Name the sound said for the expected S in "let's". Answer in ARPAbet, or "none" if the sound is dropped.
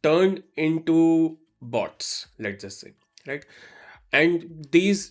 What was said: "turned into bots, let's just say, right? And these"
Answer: none